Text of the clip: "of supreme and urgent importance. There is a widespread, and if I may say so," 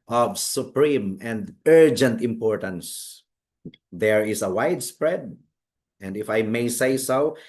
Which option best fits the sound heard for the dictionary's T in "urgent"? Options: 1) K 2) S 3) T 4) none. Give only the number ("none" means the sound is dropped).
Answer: 3